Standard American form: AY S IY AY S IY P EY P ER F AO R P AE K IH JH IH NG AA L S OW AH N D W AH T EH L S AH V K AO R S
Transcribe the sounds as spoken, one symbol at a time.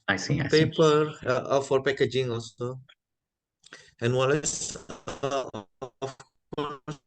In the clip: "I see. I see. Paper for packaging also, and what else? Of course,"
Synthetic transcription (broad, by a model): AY S IY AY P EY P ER F AO R P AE K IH JH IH NG AA L S OW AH N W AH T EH S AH F K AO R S